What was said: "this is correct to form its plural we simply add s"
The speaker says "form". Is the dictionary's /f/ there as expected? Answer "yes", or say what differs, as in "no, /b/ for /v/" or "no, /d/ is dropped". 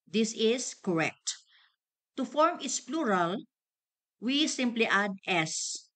yes